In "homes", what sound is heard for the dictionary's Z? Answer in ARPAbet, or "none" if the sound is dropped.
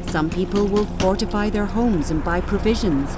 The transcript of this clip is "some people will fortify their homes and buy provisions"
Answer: Z